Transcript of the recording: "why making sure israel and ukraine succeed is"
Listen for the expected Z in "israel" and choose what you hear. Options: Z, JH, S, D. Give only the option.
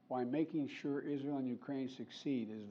Z